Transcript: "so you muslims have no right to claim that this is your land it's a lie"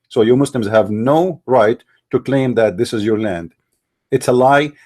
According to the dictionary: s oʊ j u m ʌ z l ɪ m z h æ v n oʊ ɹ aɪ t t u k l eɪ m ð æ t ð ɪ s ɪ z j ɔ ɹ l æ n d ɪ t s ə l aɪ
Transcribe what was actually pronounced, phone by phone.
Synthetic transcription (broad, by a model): s oʊ j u m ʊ s l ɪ m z h æ v n oʊ ɹ aɪ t t u k l eɪ m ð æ t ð ɪ s ɪ z j ɔ ɹ l æ n d ɪ t s ə l aɪ